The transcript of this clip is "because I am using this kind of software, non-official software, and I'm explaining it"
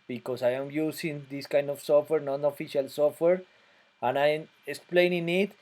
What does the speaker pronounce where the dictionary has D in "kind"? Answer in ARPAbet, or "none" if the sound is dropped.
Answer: D